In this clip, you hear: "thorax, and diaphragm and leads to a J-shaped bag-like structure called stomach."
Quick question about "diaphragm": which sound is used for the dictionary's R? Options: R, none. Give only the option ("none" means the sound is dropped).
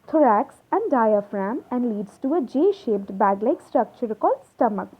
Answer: R